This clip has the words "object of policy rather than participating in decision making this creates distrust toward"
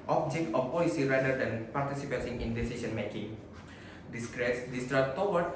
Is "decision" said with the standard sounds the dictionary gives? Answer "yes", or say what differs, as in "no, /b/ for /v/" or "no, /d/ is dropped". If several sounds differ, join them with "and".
no, /s/ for /ʒ/